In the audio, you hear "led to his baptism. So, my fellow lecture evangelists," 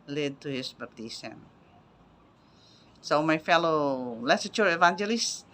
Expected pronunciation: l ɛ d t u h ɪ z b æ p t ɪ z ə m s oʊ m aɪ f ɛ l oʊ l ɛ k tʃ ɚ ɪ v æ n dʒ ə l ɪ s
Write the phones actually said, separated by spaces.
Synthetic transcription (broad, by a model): l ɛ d t u h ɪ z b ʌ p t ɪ s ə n s oʊ m aɪ f ɛ l oʊ l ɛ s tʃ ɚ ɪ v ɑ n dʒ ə l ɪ s